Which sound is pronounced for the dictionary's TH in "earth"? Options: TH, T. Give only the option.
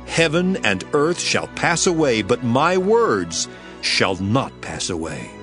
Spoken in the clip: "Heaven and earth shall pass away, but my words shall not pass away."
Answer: TH